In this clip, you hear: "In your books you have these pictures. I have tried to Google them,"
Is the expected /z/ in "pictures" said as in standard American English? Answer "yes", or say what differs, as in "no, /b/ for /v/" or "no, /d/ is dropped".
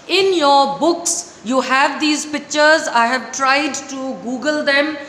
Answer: yes